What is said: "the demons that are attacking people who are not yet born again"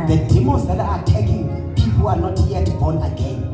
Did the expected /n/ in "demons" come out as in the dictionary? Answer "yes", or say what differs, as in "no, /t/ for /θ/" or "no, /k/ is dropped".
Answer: no, /n/ is dropped